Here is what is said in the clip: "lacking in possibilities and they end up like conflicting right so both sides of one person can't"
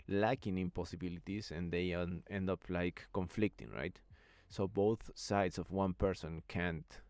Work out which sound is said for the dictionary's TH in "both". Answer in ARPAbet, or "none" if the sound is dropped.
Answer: TH